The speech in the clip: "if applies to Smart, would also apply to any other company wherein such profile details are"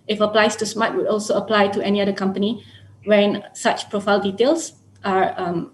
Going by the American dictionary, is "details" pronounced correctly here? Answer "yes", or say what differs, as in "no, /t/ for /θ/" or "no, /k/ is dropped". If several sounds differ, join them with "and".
no, /s/ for /z/